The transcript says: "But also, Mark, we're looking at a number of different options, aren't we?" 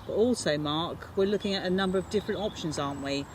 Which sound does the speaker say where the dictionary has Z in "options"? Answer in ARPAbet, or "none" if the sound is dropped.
Z